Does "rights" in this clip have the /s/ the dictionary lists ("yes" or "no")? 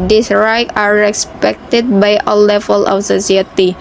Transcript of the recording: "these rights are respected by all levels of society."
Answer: no